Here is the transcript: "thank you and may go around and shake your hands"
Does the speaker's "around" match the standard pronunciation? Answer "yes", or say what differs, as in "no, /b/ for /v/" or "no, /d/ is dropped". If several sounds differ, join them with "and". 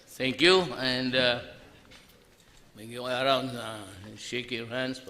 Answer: no, /n/ is dropped